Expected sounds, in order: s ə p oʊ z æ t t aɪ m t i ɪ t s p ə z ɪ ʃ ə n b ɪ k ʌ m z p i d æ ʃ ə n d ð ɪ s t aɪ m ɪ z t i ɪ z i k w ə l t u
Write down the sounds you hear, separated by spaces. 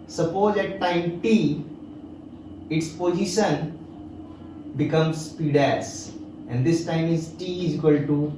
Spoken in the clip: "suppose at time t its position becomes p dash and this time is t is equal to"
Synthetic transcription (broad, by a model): s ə p oʊ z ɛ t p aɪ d t i ɪ t s p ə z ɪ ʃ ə n b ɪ k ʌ m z p i d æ s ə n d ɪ s t aɪ m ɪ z t i ɪ z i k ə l t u